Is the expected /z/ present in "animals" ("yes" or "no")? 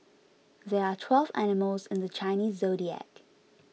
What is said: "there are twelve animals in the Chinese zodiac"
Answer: yes